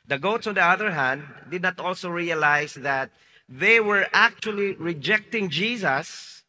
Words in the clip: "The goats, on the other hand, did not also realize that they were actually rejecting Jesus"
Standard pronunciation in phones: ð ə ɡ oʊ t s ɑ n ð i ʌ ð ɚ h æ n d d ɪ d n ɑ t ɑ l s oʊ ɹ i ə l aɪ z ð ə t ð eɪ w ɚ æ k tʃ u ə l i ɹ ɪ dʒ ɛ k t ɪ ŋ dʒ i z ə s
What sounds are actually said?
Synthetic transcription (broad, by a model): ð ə ɡ oʊ t s ɑ n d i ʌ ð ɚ h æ n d d ɪ d n ɑ t ɑ l s oʊ ɹ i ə l aɪ s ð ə t ð eɪ w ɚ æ k tʃ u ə l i ɹ ɪ dʒ ɛ k t ɪ ŋ dʒ i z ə s